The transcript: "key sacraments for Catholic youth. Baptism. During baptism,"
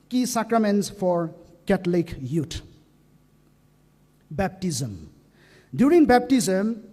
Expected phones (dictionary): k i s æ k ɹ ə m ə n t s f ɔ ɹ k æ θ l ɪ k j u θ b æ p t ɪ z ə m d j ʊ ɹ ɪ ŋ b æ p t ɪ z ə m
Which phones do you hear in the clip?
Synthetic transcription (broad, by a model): k i s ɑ k ɹ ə m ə n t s f ɔ ɹ k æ t l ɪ k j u t b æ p t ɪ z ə m d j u ɹ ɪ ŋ b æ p t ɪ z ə m